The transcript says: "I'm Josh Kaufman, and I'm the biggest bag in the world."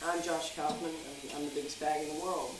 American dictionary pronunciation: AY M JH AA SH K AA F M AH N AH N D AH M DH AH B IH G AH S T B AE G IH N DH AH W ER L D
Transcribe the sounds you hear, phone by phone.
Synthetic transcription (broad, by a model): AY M JH AA SH K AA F M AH N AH AH M DH AH B IH G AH S B AE G IH N DH AH W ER L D